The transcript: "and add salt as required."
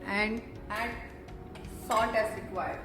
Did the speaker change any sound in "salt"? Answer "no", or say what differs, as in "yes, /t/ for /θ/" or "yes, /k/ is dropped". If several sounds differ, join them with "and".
yes, /n/ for /l/